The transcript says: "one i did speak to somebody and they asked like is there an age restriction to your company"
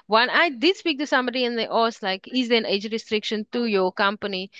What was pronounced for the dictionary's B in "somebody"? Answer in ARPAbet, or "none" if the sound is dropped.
B